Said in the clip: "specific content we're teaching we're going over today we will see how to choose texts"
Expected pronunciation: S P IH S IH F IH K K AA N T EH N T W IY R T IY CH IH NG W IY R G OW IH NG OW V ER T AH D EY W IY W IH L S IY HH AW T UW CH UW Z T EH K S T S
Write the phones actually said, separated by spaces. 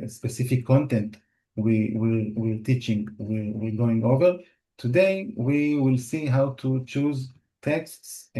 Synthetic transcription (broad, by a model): S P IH S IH F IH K K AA N T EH N T W IY R T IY CH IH NG W IY R G OW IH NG OW V ER T AH D EY W IY W IH L S IY HH AW T UW CH UW Z T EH K S T S